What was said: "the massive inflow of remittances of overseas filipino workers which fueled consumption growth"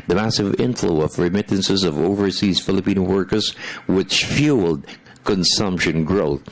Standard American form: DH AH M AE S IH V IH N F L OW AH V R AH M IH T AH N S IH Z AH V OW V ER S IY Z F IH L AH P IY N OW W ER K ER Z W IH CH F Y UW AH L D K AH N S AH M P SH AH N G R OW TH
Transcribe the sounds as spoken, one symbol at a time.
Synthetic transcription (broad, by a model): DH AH M AE S IH V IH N F L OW AH V R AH M IH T N S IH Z AH V OW V ER S IY Z F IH L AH P IY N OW W ER K ER Z W IH CH F Y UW L D K AH N S AH M P SH AH N G R OW TH